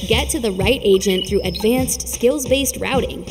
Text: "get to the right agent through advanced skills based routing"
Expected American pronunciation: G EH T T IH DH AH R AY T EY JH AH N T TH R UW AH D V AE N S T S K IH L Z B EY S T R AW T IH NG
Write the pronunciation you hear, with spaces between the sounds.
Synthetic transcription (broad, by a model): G EH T T IH DH AH R AY T EY JH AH N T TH R UW AH D V AE N S T S K IH L Z B EY S T R AW T IH NG